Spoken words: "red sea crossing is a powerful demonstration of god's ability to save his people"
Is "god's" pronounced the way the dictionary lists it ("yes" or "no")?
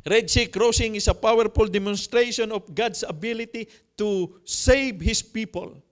no